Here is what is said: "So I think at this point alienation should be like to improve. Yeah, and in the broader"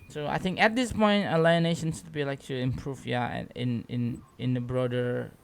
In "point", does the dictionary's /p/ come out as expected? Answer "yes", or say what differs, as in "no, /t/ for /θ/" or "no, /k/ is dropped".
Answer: yes